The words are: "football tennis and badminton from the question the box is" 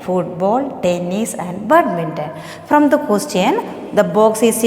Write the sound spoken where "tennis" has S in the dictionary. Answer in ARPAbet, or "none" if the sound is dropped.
S